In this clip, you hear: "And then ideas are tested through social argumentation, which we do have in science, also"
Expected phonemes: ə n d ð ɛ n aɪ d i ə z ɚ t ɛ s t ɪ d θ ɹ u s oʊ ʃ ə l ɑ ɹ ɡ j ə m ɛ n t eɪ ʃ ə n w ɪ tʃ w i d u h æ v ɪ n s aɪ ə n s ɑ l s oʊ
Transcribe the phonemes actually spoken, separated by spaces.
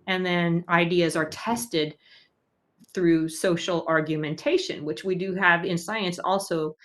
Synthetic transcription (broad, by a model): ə n ð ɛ n aɪ d i ə z ɚ t ɛ s t ɪ d θ ɹ u s oʊ ʃ l ɑ ɹ ɡ j ə m ɛ n t eɪ ʃ ə n w ɪ tʃ w i d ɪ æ v ɪ n s aɪ ə n s ɑ l s oʊ